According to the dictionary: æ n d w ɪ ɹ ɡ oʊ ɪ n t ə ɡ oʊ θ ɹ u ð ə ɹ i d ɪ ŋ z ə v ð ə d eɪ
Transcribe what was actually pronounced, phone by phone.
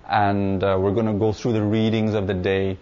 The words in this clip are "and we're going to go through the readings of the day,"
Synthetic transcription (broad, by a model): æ n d w ɪ ɹ ɡ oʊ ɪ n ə ɡ oʊ θ ɹ u ð ə ɹ i d ɪ ŋ z ə v ð ə d eɪ